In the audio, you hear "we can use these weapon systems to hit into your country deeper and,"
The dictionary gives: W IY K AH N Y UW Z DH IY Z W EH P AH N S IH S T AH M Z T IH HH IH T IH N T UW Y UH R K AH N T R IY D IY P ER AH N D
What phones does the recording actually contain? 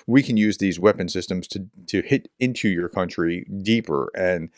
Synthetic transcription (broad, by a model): W IY K AH N Y UW Z DH IY Z W EH P AH N S IH S T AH M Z T IH HH IH T IH N T UW Y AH R K AH N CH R IY D IY P ER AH N